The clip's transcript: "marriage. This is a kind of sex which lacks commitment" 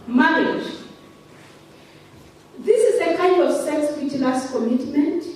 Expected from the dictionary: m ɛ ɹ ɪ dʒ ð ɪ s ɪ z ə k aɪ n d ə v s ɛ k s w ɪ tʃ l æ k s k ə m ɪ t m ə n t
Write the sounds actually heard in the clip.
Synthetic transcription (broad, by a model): m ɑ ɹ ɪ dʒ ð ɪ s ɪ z ə k aɪ n d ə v s ɛ k s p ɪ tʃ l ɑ s k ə m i t m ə n t